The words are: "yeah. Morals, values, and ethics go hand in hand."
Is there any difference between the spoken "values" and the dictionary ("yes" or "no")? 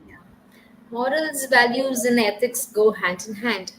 no